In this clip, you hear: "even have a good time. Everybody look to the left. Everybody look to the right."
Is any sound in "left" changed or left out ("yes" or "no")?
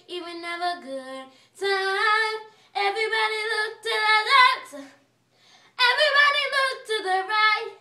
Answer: yes